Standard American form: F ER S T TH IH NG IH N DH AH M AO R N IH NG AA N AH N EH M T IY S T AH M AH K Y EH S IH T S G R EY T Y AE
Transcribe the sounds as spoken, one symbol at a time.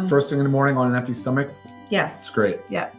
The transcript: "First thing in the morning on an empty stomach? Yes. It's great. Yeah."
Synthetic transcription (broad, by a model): F ER S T S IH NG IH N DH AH M AO R N IH NG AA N AH N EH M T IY S T AH M AH K Y EH S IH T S G R EY T Y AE